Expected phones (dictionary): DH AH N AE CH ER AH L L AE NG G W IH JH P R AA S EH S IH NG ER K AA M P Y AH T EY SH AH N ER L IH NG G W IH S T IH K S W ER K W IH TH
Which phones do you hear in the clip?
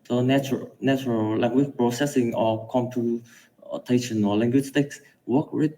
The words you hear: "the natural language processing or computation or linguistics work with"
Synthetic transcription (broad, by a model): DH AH N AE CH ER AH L L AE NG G W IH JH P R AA S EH S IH NG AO K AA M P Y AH T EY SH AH N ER L IH NG G W IH S T IH K S W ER K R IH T